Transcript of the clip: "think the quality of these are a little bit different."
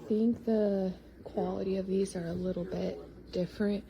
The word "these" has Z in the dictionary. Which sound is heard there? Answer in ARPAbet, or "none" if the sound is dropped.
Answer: Z